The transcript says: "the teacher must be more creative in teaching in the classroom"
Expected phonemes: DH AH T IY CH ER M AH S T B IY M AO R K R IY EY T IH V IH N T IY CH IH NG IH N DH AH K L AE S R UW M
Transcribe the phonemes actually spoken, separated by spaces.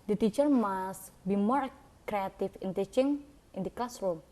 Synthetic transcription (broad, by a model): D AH T IY CH ER M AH S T B IY M AO R K R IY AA T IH F IH N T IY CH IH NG IH N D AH K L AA S R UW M